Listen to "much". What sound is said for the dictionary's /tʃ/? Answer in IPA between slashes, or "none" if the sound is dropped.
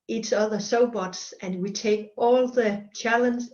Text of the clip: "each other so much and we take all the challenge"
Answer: /s/